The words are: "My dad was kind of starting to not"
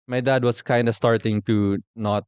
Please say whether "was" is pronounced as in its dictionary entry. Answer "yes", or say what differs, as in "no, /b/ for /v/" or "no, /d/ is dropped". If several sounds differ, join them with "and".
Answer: no, /s/ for /z/